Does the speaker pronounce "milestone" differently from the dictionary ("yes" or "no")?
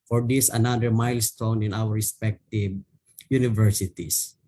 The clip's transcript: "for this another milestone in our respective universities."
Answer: no